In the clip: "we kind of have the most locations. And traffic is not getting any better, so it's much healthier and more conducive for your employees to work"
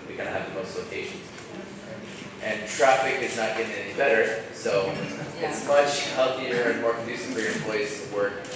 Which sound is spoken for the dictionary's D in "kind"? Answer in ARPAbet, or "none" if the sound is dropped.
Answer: none